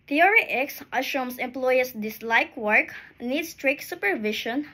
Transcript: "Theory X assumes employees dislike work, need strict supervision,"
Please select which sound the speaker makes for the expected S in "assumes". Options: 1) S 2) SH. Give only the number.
2